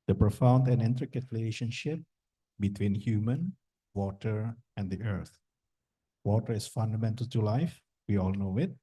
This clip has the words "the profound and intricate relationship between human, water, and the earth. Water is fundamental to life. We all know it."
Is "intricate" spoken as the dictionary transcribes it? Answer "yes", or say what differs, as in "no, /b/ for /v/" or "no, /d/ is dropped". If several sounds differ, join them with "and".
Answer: yes